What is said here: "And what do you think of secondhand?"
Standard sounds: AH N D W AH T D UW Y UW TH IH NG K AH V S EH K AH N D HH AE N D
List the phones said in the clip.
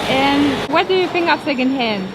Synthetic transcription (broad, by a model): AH N W AH T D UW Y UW F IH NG AH P S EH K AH N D HH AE N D